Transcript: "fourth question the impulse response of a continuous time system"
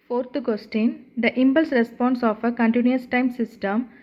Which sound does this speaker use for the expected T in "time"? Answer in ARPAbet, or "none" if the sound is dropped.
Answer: T